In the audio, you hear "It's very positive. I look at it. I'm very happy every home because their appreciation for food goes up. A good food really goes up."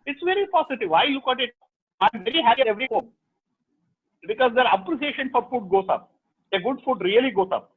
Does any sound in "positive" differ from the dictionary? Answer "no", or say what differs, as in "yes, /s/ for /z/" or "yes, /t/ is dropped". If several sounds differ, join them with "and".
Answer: yes, /s/ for /z/